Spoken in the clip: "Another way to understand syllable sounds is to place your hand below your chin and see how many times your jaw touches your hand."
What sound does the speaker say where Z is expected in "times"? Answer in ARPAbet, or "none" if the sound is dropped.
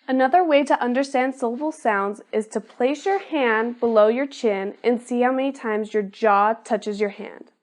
Z